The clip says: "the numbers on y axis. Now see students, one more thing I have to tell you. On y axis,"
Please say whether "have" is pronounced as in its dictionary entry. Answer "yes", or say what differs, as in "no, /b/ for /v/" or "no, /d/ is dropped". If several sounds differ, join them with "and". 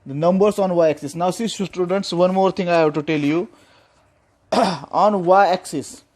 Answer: no, /b/ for /v/